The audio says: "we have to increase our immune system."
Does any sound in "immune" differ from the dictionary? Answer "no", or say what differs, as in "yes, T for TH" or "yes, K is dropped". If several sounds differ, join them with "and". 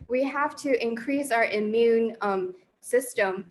no